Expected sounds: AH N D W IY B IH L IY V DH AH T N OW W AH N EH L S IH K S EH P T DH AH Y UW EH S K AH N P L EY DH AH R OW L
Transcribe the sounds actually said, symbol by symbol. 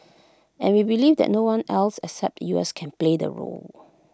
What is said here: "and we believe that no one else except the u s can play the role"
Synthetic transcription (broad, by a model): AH N W IY B IH L IY V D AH T N OW W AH N EH L S IH K S EH P T Y UW EH S K AH N P L EY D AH R OW L